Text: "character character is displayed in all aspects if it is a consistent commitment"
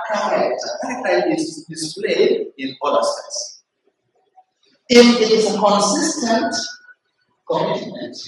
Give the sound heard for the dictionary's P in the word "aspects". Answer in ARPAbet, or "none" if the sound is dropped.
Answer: none